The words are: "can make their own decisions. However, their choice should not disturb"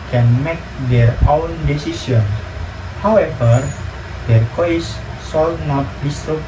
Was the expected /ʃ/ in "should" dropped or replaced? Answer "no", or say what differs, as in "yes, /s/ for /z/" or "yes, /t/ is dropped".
yes, /s/ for /ʃ/